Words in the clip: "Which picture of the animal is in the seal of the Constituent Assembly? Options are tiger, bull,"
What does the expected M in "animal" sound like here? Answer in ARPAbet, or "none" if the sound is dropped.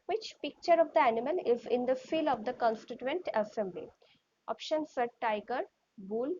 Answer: M